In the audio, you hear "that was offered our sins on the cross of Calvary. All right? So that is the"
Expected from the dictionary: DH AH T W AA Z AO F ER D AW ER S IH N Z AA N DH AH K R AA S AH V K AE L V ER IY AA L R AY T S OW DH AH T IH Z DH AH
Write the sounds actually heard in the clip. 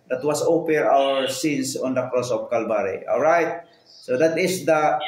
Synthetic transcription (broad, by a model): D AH T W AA S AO P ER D AW ER S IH N S AA N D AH K R AA S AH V K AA L B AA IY AA L R AY T S OW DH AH T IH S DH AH